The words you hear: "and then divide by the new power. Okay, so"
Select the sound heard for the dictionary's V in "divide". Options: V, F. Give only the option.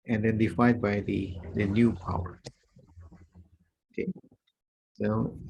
F